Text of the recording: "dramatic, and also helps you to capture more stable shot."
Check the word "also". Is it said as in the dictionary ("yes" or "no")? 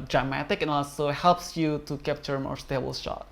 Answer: yes